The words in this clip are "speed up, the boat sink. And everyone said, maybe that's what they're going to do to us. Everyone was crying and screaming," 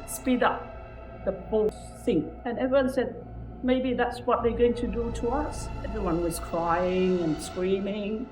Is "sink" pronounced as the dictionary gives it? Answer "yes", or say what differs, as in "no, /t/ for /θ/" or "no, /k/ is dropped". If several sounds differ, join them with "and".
no, /k/ is dropped